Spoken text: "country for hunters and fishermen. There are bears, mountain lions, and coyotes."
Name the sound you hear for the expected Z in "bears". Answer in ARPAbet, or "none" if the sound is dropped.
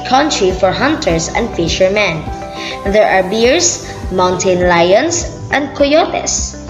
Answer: S